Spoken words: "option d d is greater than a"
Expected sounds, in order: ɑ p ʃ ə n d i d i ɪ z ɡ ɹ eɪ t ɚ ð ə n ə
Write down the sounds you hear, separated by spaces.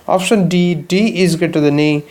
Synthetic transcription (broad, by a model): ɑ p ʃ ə n d i d i ɪ z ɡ eɪ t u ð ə n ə